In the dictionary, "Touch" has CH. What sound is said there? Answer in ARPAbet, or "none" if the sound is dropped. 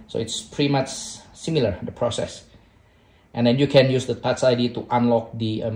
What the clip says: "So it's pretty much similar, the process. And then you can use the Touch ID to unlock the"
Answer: S